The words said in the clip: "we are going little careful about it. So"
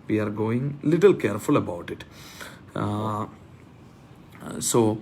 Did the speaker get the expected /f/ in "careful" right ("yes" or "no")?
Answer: yes